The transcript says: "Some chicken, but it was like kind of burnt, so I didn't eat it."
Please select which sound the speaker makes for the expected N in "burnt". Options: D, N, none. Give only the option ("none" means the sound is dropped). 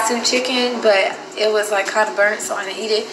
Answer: N